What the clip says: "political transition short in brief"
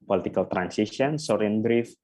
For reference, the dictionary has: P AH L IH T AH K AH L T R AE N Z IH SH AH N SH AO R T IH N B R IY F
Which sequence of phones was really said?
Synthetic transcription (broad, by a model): P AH L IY T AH K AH L T R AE N S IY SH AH N S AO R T IH N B R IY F